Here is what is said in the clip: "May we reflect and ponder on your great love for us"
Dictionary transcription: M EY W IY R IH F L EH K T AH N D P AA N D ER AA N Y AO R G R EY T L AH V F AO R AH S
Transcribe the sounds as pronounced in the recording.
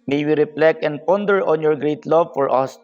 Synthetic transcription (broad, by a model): M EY W IY R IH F L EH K AH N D P AA N D ER AA N Y AO R G R EY T L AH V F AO R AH S